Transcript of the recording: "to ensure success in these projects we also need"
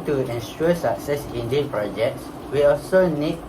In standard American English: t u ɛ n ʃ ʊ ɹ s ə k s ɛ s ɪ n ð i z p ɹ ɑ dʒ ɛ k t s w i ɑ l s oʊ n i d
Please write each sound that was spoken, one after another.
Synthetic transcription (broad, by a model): t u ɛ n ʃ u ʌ s ə k s ɛ s ɪ n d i p ɹ ɑ dʒ ɛ k t s w i ɑ l s oʊ n i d